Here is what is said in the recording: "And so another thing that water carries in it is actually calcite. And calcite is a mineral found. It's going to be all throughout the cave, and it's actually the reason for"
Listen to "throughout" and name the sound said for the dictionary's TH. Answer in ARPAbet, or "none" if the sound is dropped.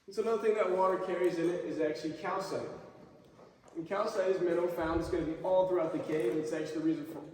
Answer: TH